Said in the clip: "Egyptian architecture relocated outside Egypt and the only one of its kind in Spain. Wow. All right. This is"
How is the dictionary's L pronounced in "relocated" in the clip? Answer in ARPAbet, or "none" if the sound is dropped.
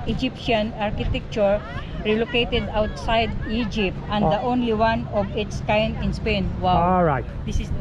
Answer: L